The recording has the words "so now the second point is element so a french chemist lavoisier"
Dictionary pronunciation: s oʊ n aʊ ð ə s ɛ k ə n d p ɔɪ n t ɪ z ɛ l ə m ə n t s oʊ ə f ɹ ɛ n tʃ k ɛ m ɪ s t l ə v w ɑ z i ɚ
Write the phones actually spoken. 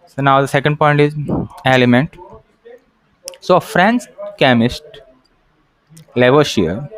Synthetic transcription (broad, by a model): s oʊ n aʊ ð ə s ɛ k ə n d p ɔɪ n t ɪ z ɛ l ə m ə n t s oʊ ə f ɹ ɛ n s k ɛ m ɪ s t l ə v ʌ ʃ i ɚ